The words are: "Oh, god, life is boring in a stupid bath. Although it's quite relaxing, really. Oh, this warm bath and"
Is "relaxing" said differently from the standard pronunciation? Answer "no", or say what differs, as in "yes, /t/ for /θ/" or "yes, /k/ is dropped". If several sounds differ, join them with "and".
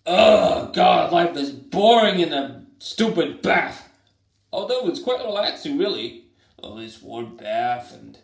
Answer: yes, /l/ is dropped